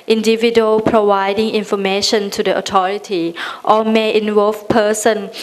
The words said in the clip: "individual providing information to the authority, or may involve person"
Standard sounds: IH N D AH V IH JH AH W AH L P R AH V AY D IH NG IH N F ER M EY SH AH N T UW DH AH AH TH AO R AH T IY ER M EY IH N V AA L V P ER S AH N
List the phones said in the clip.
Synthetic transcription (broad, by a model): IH N D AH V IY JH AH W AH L P R AH V AY D IH NG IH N F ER M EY SH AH N T UW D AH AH T AO R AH T IY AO M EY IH N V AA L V P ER S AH N